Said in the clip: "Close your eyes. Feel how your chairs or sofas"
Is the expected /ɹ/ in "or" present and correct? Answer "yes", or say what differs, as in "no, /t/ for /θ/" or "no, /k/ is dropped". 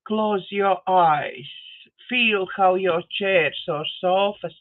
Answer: yes